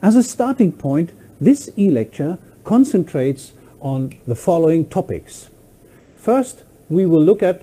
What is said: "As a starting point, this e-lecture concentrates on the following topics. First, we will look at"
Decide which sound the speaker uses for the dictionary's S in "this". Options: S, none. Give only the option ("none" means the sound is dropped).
S